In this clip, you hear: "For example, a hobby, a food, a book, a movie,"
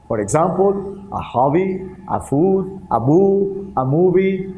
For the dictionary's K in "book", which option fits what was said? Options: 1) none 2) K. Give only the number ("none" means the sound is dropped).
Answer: 1